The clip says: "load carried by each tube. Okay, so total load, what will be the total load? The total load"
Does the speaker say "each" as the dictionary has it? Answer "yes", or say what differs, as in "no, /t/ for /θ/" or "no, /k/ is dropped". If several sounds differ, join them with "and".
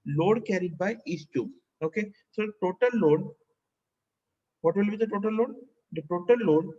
no, /s/ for /tʃ/